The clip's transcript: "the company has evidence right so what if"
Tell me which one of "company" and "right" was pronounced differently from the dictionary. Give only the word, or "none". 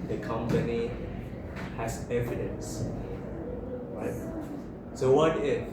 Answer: none